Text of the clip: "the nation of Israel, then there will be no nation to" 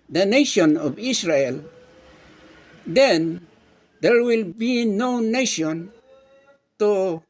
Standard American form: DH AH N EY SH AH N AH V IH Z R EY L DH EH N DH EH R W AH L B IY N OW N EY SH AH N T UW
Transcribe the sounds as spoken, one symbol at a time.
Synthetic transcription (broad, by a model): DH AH N EY SH AH N AH V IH S R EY L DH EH N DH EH R W AH L B IY N OW N EY SH AH N T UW